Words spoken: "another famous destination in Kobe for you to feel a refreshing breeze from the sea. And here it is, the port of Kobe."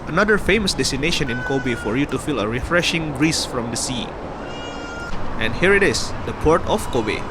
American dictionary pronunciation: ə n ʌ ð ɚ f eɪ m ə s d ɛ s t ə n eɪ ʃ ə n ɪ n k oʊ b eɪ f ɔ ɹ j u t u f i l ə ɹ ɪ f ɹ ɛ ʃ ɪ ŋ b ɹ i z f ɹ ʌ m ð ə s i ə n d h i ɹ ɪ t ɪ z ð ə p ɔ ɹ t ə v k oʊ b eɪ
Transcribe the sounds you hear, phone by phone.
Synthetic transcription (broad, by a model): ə n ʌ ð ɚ f eɪ m ə s d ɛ s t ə n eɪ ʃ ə n ɪ n k oʊ b eɪ f ɔ ɹ j u t u f i l ə ɹ ɪ f ɹ ɛ ʃ ɪ ŋ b ɹ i s f ɹ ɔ m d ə s i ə n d h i ɹ ɪ t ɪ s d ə p ɔ ɹ t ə f k oʊ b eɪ